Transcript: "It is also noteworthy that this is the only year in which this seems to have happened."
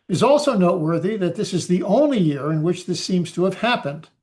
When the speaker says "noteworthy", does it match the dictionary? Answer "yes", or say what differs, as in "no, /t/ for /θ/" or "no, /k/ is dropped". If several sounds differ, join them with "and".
yes